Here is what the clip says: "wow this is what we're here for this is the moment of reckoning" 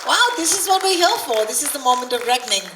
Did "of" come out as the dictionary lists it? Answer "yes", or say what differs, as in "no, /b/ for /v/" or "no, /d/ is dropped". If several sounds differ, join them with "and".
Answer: yes